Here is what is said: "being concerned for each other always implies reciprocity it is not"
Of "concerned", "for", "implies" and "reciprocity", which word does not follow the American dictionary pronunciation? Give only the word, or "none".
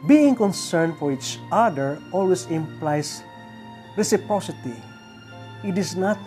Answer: implies